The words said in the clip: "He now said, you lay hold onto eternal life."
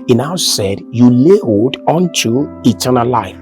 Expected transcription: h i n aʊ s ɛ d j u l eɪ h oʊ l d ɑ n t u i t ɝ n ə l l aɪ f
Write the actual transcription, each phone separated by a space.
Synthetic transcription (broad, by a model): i n aʊ s ɛ d j u l eɪ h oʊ d ɑ n t u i t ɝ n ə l l aɪ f